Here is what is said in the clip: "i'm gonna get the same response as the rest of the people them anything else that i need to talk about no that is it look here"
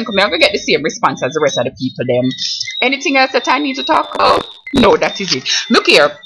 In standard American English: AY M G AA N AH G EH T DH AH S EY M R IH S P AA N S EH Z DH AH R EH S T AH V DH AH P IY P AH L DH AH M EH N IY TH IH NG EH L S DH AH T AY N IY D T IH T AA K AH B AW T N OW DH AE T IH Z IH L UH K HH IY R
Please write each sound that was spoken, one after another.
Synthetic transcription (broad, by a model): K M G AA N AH G EH T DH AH S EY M R IH S P AA N S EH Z DH AH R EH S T AH V P IY P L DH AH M EH N IY TH IH NG EH L S DH AH T AY N IY D T IH T AA K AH N OW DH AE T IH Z IH L UH K HH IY R